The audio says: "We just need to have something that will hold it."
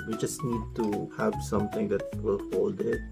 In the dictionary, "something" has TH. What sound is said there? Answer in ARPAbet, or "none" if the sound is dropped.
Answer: T